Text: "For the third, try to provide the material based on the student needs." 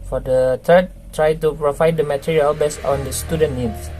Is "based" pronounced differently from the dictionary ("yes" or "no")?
yes